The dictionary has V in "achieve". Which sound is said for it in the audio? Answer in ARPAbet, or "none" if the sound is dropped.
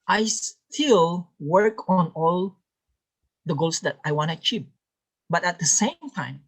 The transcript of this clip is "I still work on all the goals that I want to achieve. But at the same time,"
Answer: P